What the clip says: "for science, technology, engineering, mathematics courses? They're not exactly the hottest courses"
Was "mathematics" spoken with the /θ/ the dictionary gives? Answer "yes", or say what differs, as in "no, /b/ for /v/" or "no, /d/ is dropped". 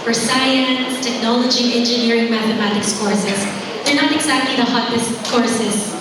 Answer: yes